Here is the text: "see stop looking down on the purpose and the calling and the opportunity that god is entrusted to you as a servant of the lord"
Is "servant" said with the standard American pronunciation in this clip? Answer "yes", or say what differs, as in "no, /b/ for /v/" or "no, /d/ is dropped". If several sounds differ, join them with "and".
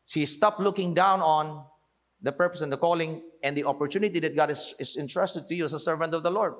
yes